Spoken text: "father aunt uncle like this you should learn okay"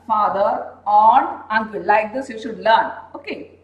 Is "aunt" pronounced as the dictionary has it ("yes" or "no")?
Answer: no